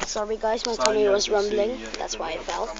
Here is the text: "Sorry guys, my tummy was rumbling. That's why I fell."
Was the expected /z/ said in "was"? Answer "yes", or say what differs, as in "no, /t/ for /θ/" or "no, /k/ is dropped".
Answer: yes